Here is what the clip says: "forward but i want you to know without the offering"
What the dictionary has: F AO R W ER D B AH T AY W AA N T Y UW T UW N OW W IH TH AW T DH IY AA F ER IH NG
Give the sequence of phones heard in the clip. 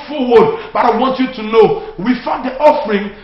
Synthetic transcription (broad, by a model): F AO W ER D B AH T AY W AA N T Y UW T UW N OW W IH F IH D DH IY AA F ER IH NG